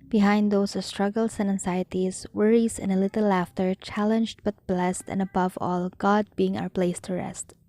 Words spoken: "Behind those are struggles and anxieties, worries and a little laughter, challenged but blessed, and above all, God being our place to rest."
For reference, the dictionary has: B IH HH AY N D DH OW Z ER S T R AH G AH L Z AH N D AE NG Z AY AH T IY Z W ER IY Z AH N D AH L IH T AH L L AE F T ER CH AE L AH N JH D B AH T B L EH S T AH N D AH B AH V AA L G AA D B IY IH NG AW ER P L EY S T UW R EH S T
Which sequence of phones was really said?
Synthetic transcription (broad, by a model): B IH HH AY N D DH OW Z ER S T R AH G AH L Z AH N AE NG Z AY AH T IY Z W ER IY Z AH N AH L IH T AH L L AE F T ER CH AE L AH N JH D B AH T B L EH S T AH N AH B AH V AA L G AA D B IY IH NG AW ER P L EY S T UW R EH S T